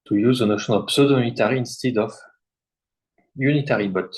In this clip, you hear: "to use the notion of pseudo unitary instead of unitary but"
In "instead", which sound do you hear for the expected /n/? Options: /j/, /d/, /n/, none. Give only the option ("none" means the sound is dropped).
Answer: /n/